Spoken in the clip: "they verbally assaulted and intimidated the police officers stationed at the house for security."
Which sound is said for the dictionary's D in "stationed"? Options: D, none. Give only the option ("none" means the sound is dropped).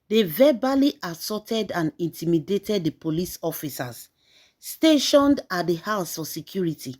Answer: D